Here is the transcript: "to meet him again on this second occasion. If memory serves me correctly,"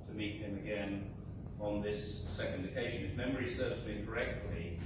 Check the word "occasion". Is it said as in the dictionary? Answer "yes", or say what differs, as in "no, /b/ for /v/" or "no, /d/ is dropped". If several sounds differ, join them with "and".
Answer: yes